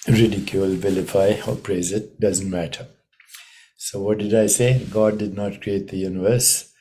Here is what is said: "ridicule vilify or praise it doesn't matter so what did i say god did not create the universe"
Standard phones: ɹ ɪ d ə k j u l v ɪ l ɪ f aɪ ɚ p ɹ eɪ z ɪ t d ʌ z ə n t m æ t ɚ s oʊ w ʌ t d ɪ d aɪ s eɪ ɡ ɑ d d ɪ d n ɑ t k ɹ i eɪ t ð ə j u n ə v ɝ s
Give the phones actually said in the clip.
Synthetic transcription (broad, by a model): ɹ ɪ d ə k j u l v ɪ l ɪ f aɪ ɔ p ɹ eɪ z ɪ t d ʌ z ə n t m æ t ɚ s oʊ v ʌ t d ɪ d aɪ s eɪ ɡ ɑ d d ɪ d n ɑ t k ɹ i eɪ t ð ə j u n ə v ɝ s